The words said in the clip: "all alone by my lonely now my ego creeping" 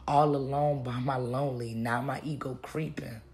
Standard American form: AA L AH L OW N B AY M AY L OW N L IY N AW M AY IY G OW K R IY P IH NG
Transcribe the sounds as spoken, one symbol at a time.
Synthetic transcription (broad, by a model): AA L AH L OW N B AY M AY L OW N L IY N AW M AY IY G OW K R IY P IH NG